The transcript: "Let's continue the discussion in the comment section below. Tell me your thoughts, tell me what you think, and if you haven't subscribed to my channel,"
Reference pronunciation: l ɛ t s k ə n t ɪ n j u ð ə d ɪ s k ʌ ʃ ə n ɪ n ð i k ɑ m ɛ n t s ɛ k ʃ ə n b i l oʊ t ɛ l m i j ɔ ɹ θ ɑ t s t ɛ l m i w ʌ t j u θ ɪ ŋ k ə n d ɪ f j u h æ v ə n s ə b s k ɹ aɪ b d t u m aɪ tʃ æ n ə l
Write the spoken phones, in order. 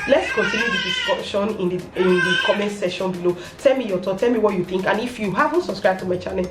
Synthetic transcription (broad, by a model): l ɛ t s k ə n t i n j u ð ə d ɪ s k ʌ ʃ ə n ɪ n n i k ɑ m ɛ n t s ɛ ʃ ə n b i l oʊ t ɛ l m i j ɔ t ɑ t t ɛ l m i w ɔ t j u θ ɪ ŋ k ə n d ɪ f j u h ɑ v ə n s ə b s k ɹ aɪ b t u m aɪ tʃ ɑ n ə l